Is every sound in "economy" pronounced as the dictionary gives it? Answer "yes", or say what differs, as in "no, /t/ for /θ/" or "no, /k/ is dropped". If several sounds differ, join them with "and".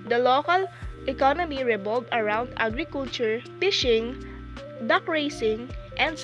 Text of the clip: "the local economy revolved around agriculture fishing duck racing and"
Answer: yes